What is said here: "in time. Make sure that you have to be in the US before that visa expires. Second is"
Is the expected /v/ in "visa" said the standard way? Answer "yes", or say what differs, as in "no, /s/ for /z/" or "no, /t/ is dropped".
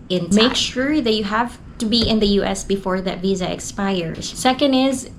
yes